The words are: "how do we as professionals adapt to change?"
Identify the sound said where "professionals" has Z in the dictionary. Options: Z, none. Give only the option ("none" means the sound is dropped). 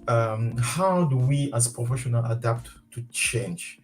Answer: none